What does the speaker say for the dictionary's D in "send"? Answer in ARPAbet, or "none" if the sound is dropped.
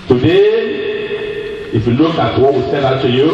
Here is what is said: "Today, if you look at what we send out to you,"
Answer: none